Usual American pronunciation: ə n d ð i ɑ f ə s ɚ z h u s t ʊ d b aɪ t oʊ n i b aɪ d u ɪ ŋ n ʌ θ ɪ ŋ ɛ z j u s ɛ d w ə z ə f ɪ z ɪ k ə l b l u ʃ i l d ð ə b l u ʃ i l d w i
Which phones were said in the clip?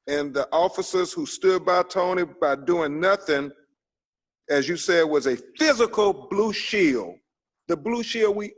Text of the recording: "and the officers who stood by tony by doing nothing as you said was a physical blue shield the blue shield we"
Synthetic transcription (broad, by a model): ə n ð i ɑ f ə s ɚ z h u s t ʊ d b aɪ t oʊ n i b aɪ d u ɪ ŋ n ʌ θ ɪ ŋ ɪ z j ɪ s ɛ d w ə z ə f ɪ z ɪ k l b l u ʃ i l ð ə b l u ʃ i l w i